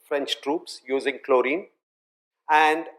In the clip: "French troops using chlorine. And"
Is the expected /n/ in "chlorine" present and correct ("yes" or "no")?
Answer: yes